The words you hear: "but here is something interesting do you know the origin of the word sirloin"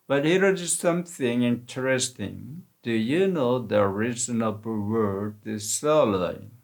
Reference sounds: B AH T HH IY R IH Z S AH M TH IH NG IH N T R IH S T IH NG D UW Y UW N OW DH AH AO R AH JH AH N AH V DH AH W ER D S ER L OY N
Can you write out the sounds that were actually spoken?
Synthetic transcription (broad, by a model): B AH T HH IY R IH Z S AH M TH IH NG IH N T R IH S T IH NG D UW Y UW N OW DH AH R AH Z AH N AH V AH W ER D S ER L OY